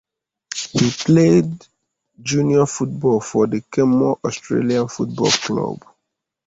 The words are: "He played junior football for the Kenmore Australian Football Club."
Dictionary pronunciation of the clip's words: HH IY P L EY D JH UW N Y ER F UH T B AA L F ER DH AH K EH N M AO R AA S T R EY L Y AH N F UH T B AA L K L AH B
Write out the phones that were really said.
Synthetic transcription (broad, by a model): HH IY P L EY D JH UW N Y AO F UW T B AA L F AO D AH K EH M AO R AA S T R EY L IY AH N F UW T B AA L K L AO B